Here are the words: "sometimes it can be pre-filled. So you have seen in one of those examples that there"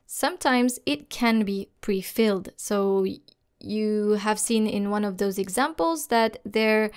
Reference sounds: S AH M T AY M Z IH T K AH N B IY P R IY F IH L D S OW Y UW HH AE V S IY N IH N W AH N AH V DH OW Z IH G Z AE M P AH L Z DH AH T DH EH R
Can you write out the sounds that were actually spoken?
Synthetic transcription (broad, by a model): S AH M T AY M Z IH T K AH N B IY P R IY F IH L D S OW Y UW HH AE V S IY N IH N W AH N AH V DH OW Z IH G Z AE M P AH L Z DH AH T DH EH R